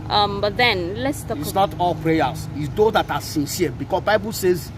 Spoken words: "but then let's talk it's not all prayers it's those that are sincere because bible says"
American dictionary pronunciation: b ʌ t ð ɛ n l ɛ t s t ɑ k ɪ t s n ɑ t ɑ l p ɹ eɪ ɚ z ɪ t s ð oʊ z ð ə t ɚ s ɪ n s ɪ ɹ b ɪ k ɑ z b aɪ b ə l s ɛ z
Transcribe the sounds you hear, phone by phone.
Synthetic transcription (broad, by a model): b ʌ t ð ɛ n l ɛ t s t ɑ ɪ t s n ɑ t ɑ l p ɹ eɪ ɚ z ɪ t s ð oʊ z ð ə t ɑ s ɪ n s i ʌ b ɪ k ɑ s b aɪ b ə l s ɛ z